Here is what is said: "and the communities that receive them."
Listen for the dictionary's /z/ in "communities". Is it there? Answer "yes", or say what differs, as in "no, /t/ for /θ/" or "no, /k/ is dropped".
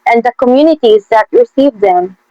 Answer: yes